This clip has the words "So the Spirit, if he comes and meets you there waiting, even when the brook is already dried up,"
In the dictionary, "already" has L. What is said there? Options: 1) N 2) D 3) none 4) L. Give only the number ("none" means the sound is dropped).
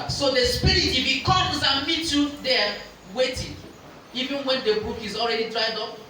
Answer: 4